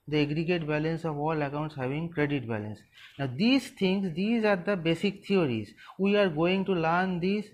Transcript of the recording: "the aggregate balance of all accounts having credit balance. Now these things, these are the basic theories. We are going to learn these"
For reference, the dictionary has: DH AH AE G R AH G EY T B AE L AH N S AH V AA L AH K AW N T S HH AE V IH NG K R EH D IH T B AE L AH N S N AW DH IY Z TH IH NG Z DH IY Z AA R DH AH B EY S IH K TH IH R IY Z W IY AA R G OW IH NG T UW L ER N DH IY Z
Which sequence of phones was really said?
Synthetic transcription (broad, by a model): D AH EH G R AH G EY T B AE L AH N S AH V AA L AH K AW N T S HH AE V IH NG K R EH D IH T B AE L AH N S N AW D IY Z T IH NG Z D IY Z AA R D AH B EY S IH K T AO R IY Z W IY AA R G OW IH NG T UW L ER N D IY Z